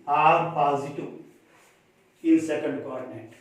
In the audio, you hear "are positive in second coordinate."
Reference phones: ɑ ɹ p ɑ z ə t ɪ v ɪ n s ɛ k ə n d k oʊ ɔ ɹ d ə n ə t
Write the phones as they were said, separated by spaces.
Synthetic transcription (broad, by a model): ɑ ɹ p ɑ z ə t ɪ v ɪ l s ɛ k ə n d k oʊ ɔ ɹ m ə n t